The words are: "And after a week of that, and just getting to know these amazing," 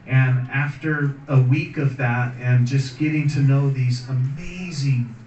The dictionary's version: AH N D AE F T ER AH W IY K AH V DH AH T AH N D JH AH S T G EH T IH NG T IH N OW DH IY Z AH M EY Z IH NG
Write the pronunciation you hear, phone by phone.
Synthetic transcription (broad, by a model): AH N AE F T ER AH W IY K AH V DH AH T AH N JH AH S G EH T IH NG T IH N OW DH IY Z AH M EY Z IH NG